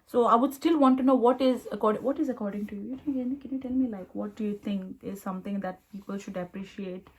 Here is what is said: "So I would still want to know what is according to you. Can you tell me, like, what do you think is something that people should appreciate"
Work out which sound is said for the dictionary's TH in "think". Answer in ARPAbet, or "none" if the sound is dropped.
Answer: T